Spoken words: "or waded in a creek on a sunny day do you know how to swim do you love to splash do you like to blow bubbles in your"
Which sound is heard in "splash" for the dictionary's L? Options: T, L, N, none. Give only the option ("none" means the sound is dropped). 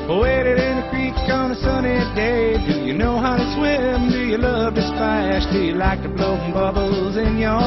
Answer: none